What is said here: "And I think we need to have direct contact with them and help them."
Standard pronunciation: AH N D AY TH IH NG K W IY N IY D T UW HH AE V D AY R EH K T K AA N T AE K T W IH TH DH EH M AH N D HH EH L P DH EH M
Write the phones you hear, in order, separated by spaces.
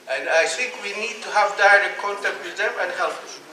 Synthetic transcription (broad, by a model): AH N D AY TH IH NG K W IY N IY D T UW HH AE V D AY R EH K T K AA N T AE K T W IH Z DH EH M AH N D HH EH L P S